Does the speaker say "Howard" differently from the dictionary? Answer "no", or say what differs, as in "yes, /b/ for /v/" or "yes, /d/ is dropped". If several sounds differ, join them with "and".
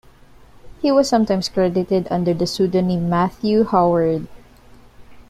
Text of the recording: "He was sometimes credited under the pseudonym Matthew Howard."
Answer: no